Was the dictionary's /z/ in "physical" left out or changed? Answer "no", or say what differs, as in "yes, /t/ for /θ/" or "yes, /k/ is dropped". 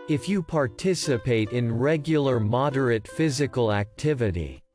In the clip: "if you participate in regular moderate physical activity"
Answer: no